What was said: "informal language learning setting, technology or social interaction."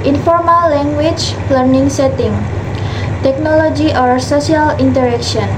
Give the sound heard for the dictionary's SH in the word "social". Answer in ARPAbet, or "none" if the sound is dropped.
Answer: S